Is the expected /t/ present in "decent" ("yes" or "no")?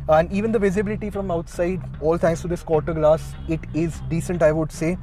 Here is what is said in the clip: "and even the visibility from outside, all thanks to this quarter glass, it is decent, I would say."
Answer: yes